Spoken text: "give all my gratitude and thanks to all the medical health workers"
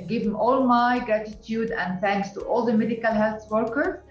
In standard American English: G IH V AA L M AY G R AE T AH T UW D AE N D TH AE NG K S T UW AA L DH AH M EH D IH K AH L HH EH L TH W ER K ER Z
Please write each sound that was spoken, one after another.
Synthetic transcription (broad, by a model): G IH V AA L M AY G R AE T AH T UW D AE N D TH AE NG K S T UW AA L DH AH M EH D IH K AH L HH EH L TH W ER K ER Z